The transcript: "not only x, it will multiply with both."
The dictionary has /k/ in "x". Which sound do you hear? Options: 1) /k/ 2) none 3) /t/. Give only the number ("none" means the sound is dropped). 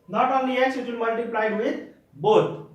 2